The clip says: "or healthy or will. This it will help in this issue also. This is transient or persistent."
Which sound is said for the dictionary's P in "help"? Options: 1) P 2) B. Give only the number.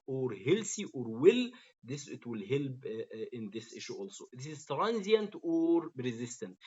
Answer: 2